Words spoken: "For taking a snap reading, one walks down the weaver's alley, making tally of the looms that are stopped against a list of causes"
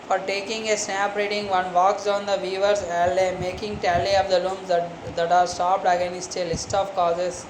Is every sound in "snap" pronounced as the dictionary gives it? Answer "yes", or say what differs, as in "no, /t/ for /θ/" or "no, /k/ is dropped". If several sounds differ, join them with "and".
no, /n/ is dropped